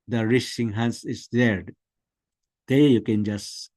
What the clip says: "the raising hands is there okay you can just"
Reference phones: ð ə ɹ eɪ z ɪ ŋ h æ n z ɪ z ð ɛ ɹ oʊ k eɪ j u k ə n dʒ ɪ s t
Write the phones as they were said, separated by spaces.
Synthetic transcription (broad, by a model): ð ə ɹ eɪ s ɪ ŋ h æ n s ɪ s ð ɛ ɹ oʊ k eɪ j u k ə n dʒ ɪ s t